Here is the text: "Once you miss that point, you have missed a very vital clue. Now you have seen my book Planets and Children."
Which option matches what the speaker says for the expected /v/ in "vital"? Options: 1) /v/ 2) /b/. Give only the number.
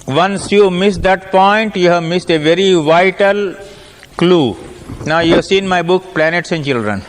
1